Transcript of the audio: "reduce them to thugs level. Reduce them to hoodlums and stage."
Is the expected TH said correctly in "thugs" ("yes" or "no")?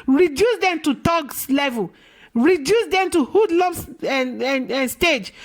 no